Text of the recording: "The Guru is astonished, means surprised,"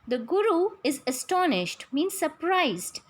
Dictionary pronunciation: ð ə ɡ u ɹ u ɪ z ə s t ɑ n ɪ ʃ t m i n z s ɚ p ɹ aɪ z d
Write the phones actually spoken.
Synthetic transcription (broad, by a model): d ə ɡ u ɹ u ɪ z ə s t ɑ n ɪ ʃ t m i n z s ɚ p ɹ aɪ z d